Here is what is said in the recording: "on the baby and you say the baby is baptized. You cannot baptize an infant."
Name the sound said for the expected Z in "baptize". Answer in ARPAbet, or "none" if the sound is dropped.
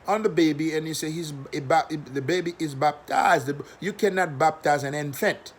Z